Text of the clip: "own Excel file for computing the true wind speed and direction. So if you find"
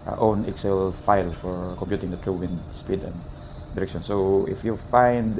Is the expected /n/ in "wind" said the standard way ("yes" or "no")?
no